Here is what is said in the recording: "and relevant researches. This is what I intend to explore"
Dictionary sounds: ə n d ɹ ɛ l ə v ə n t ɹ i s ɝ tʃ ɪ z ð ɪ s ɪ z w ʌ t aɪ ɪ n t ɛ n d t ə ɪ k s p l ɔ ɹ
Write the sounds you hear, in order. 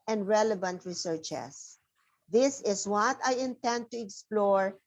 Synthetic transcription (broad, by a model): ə n d ɹ ɛ l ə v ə n t ɹ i s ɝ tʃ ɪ s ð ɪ s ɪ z w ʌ t aɪ ɪ n t ɛ n d t ə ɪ k s p l ɔ ɹ